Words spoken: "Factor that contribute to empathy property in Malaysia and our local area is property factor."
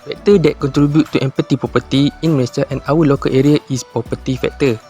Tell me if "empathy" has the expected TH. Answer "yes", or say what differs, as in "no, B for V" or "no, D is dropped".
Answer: no, T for TH